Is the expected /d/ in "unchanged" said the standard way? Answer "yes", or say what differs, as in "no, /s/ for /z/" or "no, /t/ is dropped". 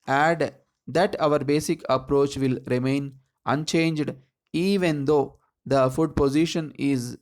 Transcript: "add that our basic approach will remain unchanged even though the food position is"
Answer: yes